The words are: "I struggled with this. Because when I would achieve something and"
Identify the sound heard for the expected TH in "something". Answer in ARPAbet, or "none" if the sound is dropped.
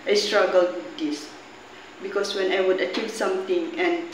T